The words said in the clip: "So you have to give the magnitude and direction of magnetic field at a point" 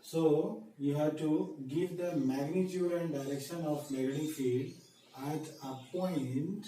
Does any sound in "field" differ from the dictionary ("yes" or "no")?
yes